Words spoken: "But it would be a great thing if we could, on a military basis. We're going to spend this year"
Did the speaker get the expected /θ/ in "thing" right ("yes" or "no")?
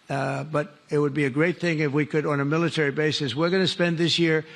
yes